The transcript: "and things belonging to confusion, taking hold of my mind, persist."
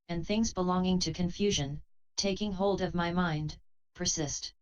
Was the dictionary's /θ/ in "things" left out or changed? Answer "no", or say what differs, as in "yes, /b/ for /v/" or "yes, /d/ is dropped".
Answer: no